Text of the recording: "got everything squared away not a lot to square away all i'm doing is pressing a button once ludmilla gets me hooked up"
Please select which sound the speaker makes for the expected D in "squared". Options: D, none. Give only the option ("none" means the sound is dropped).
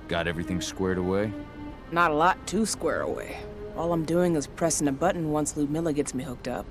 D